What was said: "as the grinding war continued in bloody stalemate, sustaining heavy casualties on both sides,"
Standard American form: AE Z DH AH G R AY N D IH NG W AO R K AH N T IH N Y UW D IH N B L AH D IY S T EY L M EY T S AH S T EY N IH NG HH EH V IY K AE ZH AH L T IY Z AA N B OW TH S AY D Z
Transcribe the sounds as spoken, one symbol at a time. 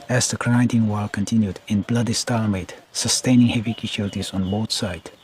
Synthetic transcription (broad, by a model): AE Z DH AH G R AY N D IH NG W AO L K AH N T IH N Y UW D IH N B L AH D IY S T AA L M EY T S AH S T EY N IH NG HH EH V IY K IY SH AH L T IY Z AA N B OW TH S AY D